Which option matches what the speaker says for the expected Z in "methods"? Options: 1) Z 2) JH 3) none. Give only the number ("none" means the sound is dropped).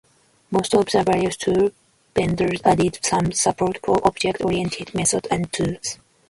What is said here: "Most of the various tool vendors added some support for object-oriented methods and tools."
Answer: 3